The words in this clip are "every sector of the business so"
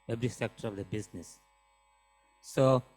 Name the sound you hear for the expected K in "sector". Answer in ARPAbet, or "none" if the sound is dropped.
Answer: K